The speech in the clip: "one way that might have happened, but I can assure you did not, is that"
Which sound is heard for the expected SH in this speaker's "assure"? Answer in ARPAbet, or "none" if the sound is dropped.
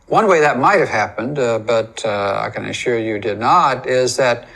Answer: SH